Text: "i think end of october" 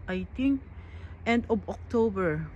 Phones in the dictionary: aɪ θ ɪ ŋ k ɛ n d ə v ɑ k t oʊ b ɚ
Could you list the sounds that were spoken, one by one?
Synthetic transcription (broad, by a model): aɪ t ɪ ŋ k ɛ n d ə b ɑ k t oʊ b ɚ